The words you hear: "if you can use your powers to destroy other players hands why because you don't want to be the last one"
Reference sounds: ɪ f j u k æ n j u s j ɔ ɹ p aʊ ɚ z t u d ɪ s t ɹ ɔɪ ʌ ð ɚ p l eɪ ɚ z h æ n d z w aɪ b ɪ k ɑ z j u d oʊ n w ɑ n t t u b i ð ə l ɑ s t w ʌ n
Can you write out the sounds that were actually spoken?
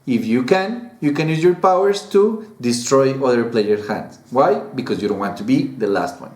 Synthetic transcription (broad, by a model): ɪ f j u k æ n j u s j ɔ ɹ p aʊ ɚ s t u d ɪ s t ɹ ɔɪ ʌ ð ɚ p l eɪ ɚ h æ n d s w aɪ b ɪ k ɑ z j u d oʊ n w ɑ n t t u b i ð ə l ɑ s t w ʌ n